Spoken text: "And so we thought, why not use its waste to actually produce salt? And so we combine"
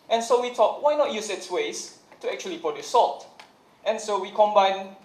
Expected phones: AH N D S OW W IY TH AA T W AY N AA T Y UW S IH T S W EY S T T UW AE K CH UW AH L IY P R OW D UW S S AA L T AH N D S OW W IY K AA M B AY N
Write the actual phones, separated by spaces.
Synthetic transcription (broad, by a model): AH N S OW W IY T AA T W AY N AA T Y UW S IH T S W EY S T T UW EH K CH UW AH L IY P OW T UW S S AA L T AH N S OW W IY K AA M B AY N